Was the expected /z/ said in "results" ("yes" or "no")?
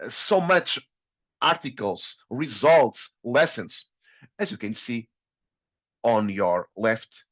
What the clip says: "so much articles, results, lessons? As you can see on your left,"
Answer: yes